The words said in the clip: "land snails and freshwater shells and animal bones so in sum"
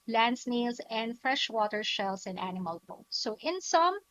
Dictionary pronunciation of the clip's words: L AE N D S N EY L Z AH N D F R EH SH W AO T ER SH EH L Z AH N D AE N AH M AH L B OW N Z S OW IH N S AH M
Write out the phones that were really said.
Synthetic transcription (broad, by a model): L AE N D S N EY L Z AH N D F R EH SH W AO T ER SH EH L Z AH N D AE N AH M AH L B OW S OW IH N S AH M